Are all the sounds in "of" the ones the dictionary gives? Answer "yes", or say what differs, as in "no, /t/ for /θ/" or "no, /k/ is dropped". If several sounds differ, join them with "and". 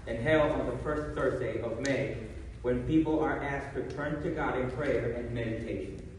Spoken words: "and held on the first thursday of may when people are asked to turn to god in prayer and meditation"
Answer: yes